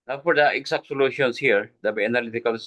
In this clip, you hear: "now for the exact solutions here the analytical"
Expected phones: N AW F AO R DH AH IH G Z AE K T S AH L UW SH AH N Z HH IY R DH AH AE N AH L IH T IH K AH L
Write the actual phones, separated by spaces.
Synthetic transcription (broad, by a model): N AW F AO R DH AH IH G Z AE K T S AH L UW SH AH N S HH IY R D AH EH N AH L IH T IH K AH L